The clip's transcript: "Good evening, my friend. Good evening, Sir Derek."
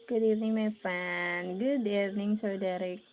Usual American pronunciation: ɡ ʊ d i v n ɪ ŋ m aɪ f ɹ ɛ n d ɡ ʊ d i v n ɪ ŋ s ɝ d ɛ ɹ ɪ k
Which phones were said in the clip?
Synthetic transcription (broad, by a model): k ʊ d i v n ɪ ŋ m aɪ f ɛ n ɡ ʊ d i v n ɪ ŋ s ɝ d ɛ ɹ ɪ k